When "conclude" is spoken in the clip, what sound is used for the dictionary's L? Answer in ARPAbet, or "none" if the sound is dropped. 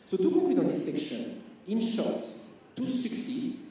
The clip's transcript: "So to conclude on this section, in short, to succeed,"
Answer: W